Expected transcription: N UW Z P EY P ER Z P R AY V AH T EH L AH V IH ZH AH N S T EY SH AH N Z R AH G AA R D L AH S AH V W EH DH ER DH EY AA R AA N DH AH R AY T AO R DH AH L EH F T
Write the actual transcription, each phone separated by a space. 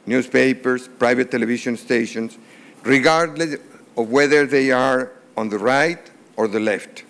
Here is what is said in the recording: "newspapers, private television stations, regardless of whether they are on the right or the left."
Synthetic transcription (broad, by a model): N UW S P EY P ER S P R AY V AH T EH L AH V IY SH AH N S T EY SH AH N S R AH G AA R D L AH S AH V W EH DH ER DH EY AA R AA N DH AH R AY T AO R DH AH L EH F T